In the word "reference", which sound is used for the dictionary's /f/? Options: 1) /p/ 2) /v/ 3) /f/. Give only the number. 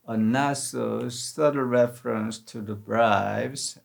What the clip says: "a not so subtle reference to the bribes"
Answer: 3